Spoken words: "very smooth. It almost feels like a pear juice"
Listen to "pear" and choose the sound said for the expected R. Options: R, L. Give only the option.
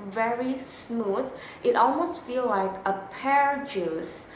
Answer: R